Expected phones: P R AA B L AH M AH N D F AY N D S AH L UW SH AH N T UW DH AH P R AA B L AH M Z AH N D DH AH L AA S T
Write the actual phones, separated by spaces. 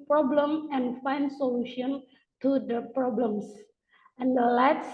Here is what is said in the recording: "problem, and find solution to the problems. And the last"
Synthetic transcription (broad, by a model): P R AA B L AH M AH N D F AY N D S AH L UW SH AH N T UW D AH P R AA B L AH M S AH N D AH L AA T